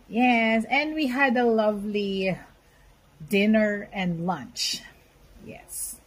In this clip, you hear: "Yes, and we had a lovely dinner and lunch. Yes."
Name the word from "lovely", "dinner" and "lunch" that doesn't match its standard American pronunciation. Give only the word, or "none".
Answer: none